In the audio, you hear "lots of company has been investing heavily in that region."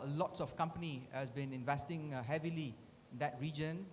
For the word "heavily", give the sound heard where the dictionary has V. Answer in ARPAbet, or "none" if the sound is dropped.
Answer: V